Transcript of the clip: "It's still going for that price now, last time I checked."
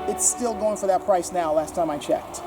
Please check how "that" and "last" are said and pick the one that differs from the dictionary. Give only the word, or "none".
none